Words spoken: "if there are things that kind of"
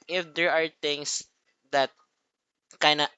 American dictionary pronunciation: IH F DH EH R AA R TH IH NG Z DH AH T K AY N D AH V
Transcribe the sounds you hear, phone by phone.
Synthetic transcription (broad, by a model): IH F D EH R AA R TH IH NG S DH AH T K AY N AH